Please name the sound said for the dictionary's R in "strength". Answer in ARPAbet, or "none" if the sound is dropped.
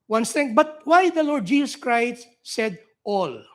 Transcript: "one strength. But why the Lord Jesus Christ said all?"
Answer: none